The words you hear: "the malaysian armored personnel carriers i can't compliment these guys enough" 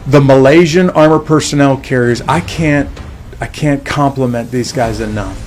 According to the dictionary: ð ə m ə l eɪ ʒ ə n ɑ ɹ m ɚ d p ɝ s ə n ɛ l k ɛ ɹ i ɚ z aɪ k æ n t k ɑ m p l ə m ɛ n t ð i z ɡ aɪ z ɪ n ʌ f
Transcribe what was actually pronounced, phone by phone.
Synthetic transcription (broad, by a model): ð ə m ə l eɪ ʒ ə n ɑ ɹ m ɚ p ɝ s ə n ɛ l k ɛ ɹ i ɚ z aɪ k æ n t k ɑ m p l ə m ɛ n ð i z ɡ aɪ z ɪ n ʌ